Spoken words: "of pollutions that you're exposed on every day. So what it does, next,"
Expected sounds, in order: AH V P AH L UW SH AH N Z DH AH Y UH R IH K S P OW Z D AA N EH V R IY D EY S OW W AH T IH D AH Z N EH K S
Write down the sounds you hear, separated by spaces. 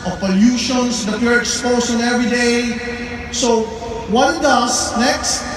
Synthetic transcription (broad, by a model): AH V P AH L UW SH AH N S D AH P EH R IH K S P OW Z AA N EH V R IY D EY S OW W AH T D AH S N EH K S